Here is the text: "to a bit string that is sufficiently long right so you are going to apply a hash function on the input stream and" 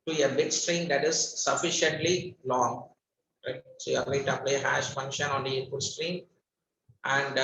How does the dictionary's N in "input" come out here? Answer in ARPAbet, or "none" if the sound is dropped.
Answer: none